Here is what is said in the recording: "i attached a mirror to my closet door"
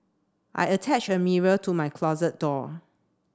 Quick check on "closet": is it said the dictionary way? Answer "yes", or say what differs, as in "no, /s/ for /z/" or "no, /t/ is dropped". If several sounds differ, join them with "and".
yes